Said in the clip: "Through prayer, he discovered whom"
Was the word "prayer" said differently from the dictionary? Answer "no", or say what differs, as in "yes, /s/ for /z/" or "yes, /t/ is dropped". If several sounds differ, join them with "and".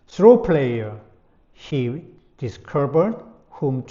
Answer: yes, /l/ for /ɹ/